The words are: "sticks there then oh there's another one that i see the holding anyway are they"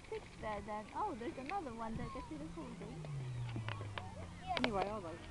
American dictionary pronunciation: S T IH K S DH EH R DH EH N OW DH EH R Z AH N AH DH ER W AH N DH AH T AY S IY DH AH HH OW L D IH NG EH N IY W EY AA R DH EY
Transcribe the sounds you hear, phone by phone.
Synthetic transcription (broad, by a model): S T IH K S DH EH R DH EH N OW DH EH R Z AH N AH DH ER W AH N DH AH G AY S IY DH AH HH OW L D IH EH N IY W EY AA L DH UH